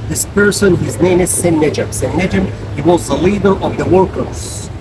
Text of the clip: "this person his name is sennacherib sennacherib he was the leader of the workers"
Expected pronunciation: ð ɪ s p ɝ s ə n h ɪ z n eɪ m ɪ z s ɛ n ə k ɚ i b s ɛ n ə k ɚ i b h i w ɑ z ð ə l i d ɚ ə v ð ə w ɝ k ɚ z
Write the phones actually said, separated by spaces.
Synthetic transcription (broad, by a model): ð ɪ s p ɝ s ə n h ɪ z n eɪ m ɪ z s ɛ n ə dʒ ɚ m s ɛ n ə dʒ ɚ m h i w ɑ z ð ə l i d ɚ ə v ð ə w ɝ k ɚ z